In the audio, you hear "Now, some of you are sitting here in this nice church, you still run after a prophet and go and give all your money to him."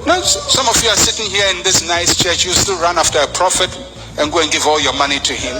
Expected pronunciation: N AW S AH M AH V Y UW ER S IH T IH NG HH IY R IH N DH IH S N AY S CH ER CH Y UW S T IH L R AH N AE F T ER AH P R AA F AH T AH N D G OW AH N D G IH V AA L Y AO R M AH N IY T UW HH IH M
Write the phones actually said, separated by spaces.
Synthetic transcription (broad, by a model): N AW S AH M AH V Y UW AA S IH T IH NG HH IY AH IH N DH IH S N AY S CH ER CH Y UW S T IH L R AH N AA F T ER AH P R AA F AH T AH N G OW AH N G IH V AA L Y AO M AH N IY T UW HH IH M